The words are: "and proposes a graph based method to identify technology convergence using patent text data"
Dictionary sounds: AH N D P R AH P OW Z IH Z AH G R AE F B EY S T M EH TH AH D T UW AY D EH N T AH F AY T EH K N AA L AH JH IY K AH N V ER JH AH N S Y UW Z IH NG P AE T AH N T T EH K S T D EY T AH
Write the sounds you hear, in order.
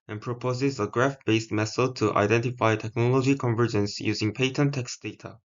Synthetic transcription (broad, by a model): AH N P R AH P OW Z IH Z AH G R AE F B EY S T M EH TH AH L T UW AY D EH N T AH F AY T EH K N AA L AH JH IY K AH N V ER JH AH N S Y UW Z IH NG P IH T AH N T T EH K S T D EY T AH